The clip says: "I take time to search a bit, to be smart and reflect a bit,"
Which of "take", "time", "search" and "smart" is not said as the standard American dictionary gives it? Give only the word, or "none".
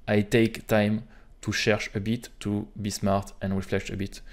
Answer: search